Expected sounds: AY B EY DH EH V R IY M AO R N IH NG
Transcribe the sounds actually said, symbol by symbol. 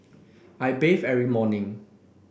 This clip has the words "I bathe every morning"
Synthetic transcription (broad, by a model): AY B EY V EH R IY M AO N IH NG